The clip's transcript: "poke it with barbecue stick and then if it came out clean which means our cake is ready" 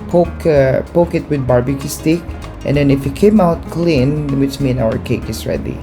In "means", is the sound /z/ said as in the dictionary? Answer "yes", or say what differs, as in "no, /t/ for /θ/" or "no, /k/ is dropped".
no, /z/ is dropped